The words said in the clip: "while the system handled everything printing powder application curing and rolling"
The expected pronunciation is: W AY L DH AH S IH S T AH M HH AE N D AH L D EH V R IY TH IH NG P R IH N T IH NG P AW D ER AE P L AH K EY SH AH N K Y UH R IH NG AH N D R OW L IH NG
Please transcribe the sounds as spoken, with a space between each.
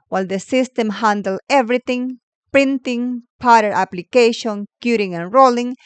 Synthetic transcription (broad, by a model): W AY L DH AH S IH S T AH M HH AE N D L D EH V R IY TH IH NG P R IH N T IH NG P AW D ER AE P L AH K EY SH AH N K Y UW R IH NG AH N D R OW L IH NG